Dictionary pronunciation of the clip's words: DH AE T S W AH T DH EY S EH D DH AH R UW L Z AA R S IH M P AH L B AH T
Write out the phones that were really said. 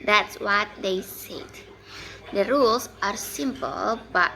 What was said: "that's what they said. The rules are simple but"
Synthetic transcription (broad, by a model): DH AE T S W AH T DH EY S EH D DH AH R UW L S AA R S IH M P AH L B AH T